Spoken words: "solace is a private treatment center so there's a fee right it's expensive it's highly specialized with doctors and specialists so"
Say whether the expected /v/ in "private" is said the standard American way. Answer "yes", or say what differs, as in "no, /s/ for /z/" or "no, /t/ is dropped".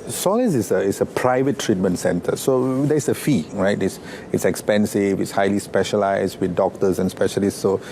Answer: yes